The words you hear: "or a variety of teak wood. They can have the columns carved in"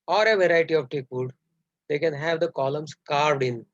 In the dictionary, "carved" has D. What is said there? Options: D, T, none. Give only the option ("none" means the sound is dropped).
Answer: D